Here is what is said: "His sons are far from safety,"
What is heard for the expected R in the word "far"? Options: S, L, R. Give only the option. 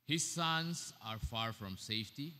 R